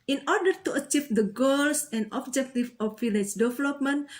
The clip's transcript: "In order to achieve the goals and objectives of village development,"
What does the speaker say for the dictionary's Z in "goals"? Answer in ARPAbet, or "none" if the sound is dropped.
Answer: S